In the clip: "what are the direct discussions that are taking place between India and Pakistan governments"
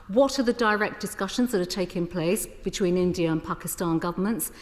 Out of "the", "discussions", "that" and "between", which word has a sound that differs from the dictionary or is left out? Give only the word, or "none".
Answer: none